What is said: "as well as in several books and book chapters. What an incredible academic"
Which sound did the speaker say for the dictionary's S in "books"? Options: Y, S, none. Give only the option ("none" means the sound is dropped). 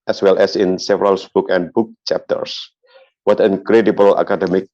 none